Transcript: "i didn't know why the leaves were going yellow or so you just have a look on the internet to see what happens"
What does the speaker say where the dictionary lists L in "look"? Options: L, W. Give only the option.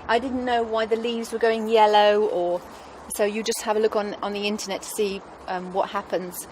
L